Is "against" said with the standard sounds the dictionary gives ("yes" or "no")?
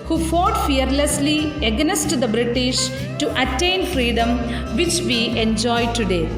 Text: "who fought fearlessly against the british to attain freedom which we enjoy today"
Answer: no